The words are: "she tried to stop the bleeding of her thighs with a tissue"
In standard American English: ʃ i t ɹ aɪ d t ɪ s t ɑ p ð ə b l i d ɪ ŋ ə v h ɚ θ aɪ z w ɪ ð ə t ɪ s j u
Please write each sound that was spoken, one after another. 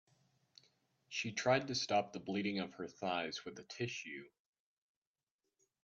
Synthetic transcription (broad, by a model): ʃ i t ɹ aɪ d t ɪ s t ɑ p ð ə b l i d ɪ ŋ ə v ɚ θ aɪ z w ɪ ð ə t ɪ ʃ j u